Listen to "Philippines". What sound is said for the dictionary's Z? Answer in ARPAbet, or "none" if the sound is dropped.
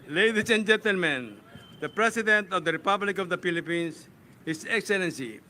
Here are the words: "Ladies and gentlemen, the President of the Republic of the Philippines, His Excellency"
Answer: S